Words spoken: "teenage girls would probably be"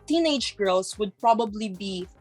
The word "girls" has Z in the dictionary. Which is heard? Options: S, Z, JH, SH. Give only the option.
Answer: S